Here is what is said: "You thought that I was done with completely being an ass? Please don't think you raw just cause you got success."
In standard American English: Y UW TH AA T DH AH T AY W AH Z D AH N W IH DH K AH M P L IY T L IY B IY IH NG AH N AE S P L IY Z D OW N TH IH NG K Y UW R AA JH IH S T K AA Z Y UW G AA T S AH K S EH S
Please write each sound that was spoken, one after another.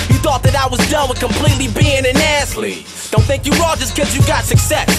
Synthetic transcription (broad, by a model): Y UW TH AA T DH AH T AY W AH Z D AH N W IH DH K AH M P L IY T L IY B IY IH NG AH N AE S L IY D OW N TH IH NG K Y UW R AA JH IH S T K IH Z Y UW G AA T S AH K S EH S